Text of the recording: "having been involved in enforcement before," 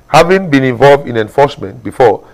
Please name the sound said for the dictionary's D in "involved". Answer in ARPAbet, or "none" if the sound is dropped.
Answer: D